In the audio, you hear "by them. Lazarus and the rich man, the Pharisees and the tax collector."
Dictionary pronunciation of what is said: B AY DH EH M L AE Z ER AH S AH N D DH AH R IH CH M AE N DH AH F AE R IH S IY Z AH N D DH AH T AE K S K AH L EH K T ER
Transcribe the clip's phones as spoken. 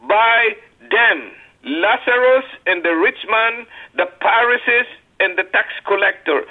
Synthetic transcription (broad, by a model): B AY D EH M L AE S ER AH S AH N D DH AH R IH CH M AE N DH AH P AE R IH S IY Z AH N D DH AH T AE K S K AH L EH K T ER